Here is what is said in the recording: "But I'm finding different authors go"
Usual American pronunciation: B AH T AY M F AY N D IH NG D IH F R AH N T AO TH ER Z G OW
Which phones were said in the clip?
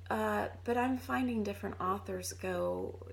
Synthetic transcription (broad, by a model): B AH T AY M F AY N D IH NG D IH F R AH N T AO TH ER Z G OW